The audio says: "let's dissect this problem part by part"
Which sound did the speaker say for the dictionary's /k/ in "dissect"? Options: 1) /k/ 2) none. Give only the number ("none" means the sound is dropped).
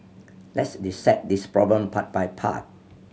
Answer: 2